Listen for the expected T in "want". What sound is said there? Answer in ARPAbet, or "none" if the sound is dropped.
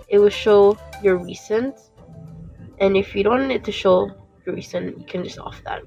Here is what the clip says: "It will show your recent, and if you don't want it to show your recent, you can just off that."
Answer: none